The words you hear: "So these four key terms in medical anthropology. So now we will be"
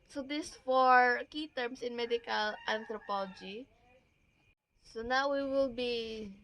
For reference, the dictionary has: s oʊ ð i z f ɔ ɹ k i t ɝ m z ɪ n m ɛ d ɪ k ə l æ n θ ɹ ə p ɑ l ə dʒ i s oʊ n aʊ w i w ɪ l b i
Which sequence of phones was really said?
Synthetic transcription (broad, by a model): s oʊ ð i s f ɔ ɹ k i t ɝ m s ɪ n m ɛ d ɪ k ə l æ n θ ɹ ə p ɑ l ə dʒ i s oʊ n aʊ w i w ɪ l b i